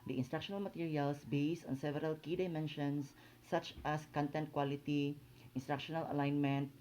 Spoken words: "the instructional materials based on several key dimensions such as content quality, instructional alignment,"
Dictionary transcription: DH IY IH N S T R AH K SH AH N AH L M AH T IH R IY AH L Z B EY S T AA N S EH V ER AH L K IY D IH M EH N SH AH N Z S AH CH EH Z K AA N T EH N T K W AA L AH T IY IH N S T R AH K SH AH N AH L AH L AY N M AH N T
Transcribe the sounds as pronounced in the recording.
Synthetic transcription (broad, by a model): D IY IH N S T R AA K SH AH N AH L M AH T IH R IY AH L S B EY S T AA N S EH V ER AH L K IY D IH M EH N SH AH N S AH CH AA S K AA N T EH N T K W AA L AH T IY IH N S T R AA K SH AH N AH L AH L AY N M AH N T